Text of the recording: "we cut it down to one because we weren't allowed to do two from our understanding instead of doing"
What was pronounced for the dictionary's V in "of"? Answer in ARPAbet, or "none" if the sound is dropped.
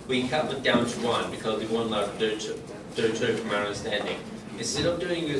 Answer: P